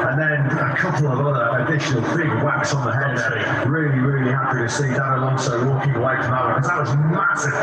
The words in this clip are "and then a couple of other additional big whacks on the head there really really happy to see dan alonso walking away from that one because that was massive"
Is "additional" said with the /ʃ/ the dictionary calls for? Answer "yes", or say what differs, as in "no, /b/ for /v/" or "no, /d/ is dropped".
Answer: yes